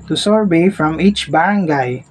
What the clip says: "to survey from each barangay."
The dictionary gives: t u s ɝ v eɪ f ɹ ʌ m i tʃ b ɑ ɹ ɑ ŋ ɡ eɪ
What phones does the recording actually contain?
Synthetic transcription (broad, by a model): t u s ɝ b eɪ f ɹ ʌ m i tʃ b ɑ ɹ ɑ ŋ ɡ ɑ